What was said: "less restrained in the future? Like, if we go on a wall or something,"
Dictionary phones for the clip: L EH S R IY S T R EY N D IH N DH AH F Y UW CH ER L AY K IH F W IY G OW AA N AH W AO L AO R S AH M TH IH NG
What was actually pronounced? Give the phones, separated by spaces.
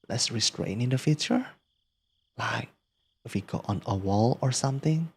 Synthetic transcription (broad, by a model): L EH S R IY S T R EY N IH N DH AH F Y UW CH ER L AY K IH F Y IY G OW AA N AH W AO L AO R S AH M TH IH NG